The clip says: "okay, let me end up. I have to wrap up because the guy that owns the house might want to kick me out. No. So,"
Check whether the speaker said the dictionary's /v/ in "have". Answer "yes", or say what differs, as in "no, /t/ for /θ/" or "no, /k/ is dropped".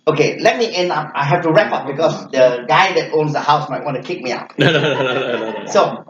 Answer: no, /f/ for /v/